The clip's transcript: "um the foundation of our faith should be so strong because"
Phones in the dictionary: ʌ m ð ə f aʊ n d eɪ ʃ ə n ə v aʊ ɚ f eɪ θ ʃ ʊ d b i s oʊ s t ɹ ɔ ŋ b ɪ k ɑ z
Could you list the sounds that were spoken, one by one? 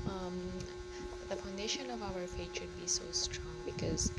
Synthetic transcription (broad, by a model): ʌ m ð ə f aʊ n d eɪ ʃ ə n ə v aʊ ɚ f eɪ t ʃ ʊ d b i s oʊ s t ɹ ɔ ŋ b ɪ k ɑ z